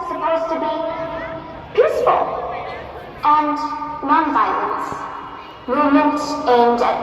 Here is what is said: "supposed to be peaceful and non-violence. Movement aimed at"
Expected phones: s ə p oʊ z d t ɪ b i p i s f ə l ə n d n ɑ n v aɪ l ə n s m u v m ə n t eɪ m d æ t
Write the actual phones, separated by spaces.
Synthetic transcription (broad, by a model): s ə p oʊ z t ɪ b i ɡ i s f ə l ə n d n ɑ n v aɪ l ə n s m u m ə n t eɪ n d